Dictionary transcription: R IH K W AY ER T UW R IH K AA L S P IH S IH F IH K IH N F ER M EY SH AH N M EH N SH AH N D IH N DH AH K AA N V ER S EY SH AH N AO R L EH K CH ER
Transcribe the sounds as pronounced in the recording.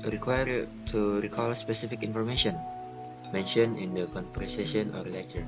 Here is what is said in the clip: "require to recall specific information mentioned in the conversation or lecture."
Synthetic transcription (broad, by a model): R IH K W AY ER T UW R IH K AA L S P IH S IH F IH K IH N F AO M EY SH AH N M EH N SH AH N IH N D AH K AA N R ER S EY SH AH N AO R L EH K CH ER